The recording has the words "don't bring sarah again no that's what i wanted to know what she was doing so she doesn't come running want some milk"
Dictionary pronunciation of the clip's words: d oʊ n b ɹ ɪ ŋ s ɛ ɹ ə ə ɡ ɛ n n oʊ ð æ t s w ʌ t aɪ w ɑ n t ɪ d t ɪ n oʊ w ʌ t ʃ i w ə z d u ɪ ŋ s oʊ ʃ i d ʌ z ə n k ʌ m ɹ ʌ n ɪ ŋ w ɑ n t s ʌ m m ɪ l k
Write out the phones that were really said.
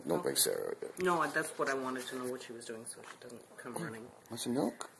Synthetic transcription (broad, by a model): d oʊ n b ɪ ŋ s ɛ ɹ ə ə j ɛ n n oʊ ð æ t s w ʌ t aɪ w ɑ n t ɪ d t ɪ n oʊ w ʌ t ʃ i w ə z d u ɪ ŋ s oʊ ʃ i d ʌ z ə n k ʌ m ɹ ʌ n ɪ ŋ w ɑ t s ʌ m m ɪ l k